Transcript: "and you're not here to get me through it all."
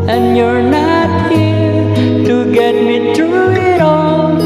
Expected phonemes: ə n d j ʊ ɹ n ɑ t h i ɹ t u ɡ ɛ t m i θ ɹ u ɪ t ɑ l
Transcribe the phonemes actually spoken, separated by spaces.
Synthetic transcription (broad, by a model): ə n j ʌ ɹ n ɑ t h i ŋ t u ɡ ɛ t m i t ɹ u ɪ t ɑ